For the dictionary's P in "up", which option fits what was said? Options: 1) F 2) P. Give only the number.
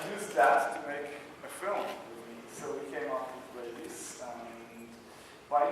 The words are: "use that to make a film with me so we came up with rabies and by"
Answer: 1